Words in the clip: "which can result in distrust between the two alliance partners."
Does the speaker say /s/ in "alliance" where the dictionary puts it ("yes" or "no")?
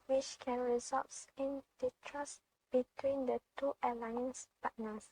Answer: yes